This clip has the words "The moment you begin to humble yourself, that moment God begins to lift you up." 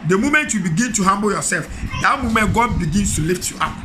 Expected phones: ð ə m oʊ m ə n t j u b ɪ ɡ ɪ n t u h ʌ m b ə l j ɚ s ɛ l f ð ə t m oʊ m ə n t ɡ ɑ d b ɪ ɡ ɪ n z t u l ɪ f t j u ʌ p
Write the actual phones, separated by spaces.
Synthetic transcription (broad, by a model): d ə m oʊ m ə n t j u b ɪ ɡ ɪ n t u h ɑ m b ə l j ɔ s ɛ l f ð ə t m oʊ m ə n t ɡ ɑ d b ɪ ɡ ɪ n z t u l ɪ f t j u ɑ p